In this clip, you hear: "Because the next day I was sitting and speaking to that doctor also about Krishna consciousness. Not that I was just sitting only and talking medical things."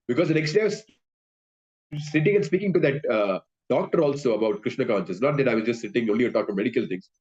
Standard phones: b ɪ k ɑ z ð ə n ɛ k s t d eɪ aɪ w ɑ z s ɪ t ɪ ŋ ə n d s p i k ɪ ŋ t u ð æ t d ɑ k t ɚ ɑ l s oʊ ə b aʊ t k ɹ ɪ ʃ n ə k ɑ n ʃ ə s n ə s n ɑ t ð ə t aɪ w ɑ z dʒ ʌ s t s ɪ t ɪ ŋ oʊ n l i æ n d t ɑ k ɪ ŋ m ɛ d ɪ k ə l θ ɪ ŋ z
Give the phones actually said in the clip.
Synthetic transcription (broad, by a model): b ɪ k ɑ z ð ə n ɛ k s t d eɪ aɪ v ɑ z s ɪ t ɪ ŋ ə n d s p i k ɪ ŋ t u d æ t d ɑ k t ɚ ɑ l s oʊ ə b aʊ t k ɹ ɪ ʃ n ə k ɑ n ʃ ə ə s n ɑ t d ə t aɪ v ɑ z dʒ ʌ s t s ɪ t ɪ ŋ oʊ n l i t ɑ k m ɛ d ɪ k ə l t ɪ ŋ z